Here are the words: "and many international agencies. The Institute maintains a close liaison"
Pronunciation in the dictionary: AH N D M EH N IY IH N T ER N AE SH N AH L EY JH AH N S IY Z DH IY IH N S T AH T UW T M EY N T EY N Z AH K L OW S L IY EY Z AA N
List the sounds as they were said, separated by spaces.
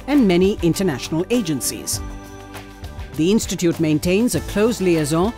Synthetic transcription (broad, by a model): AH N M EH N IY IH N T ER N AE SH N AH L EY JH AH N S IY Z DH IY IH N S T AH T UW T M EY N T EY N Z AH K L OW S L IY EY Z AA